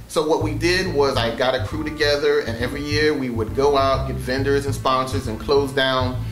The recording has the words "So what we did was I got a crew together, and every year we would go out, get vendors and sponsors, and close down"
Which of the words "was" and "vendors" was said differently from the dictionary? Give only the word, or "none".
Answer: none